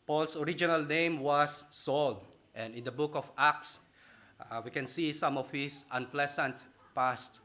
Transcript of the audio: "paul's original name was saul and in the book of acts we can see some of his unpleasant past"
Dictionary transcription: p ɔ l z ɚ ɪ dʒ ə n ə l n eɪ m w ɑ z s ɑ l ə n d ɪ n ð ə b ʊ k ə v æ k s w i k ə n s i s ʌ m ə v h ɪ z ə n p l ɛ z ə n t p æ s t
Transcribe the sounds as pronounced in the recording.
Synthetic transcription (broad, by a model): p ɔ l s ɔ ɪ dʒ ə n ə l n eɪ m w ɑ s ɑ l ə n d ɪ n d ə b ʊ k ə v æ k s w i k ə n s i s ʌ m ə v h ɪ s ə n p l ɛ s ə n t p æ s t